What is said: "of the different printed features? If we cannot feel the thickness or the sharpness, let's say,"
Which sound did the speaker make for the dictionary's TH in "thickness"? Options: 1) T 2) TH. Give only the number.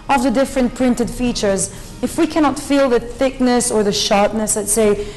2